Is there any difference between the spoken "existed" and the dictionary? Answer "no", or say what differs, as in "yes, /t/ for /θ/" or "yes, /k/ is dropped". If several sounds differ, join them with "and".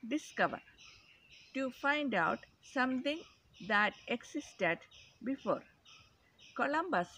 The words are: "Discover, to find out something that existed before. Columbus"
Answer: yes, /s/ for /z/